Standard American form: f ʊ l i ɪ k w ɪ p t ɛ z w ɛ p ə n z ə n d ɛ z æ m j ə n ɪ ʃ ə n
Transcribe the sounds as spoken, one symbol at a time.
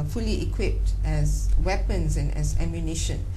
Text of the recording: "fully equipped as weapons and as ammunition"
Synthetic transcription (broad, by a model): f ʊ l i ɪ k w ɪ p t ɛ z w ɛ p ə n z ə n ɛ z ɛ m j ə n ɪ ʃ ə n